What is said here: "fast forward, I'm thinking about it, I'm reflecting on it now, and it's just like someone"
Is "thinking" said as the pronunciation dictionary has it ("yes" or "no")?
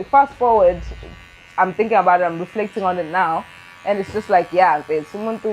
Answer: yes